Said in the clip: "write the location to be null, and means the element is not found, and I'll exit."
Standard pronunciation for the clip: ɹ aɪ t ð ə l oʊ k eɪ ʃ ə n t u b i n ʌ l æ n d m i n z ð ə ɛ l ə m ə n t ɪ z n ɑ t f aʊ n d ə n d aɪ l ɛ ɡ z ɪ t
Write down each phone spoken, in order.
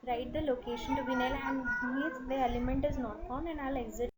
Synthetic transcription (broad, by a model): ɹ aɪ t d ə l oʊ k eɪ ʃ ə n t u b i n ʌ l æ n d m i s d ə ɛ l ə m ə n t ɪ z n ɑ t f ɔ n ə n d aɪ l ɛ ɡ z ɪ